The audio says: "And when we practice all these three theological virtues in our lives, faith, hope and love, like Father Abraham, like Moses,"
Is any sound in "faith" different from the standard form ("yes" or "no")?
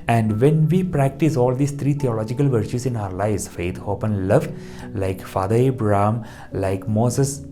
yes